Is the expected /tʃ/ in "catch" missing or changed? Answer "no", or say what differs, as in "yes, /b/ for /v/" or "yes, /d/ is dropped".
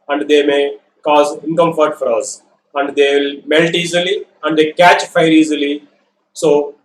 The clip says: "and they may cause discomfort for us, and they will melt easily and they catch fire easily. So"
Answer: no